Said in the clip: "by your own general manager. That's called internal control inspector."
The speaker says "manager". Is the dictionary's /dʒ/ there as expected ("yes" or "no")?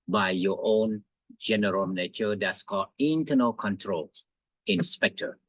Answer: no